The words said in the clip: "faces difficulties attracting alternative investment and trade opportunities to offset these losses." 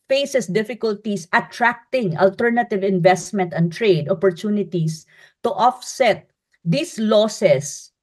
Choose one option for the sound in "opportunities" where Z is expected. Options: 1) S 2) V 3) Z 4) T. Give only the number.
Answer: 1